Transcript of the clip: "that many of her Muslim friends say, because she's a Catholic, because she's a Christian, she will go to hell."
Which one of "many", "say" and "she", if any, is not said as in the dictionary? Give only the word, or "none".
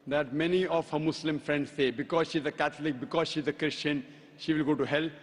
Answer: none